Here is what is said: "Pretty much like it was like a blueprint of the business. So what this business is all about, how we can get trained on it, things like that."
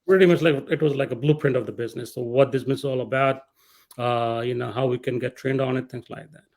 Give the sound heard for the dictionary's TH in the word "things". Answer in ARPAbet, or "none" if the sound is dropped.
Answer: T